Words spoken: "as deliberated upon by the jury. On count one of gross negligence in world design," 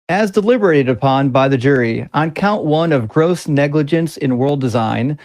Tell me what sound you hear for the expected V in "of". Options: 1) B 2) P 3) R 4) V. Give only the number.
4